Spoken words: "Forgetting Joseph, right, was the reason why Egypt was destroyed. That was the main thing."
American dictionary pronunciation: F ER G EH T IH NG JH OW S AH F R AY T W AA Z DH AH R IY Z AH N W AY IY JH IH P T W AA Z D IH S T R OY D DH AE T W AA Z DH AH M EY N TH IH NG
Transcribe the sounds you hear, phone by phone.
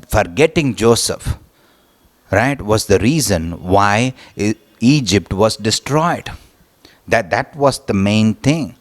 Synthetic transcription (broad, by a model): F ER G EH T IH NG JH OW S AH F R AY T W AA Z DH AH R IY Z AH N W AY IY JH IH P T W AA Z D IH S T R OY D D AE T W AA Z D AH M EY N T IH NG